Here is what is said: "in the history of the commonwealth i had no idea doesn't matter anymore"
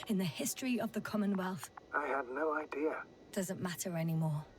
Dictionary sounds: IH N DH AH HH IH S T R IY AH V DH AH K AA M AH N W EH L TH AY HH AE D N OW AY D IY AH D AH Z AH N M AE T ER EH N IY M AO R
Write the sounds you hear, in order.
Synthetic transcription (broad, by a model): IH N DH AH HH IH S T R IY AH V DH AH K AA M AH N W EH L TH AY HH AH D N OW AY D IY AH D AH Z AH N M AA T ER EH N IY M AO